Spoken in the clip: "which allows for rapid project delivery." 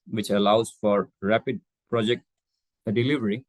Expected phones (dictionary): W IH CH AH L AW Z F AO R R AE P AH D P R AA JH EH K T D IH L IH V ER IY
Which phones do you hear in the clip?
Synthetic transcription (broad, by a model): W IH CH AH L AW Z F AO R R AE P AH D P R AA JH EH K T D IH L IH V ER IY